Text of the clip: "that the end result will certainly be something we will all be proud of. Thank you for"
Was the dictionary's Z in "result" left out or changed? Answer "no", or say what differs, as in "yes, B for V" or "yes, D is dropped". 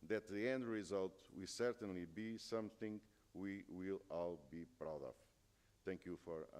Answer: no